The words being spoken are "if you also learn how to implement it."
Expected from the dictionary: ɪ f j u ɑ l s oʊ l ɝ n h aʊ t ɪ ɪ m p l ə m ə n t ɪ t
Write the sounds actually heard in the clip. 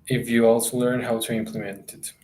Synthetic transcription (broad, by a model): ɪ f j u ɑ l s oʊ l ɝ n h aʊ t ɪ ɪ m p l ə m ə n t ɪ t